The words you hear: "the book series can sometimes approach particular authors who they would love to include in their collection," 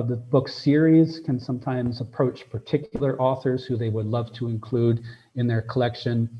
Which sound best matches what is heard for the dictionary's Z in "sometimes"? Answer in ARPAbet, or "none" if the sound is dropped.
Z